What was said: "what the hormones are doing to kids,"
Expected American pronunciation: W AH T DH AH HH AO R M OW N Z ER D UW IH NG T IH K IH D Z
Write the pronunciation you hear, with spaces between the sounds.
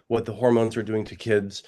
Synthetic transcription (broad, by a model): W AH T DH AH HH AO R M OW N Z ER D UW IH NG T IH K IH D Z